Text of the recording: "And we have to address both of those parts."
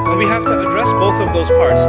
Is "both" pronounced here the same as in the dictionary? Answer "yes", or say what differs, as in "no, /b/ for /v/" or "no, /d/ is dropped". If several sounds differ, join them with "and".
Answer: yes